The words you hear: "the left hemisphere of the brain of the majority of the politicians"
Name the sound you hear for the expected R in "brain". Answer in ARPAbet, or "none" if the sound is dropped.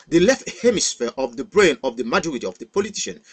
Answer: R